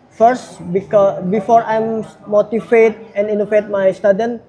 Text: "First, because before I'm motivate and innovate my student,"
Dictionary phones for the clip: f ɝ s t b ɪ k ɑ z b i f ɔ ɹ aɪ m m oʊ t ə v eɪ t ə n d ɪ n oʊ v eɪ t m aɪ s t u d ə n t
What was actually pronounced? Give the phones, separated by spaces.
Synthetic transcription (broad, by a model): f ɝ s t b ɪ k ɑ b i f ɔ ɹ aɪ m m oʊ t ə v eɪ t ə n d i n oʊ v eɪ t m aɪ s t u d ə n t